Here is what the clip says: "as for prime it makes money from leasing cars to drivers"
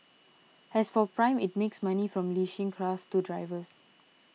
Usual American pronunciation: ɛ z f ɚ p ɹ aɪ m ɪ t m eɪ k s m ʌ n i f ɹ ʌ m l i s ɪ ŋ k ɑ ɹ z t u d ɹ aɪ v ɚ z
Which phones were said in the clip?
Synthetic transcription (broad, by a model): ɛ s f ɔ p ɹ aɪ m ɪ t m eɪ k s m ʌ n i f ɹ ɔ m l i ʃ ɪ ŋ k ɑ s t u d ɹ aɪ v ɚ s